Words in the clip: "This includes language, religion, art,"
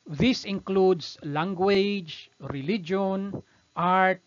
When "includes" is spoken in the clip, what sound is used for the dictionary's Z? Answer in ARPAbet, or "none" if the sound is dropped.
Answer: S